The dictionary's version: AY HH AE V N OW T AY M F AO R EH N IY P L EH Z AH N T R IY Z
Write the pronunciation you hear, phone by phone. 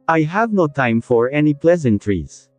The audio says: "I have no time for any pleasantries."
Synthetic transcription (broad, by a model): AY HH AE V N OW T AY M F AO R EH N IY P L EH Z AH N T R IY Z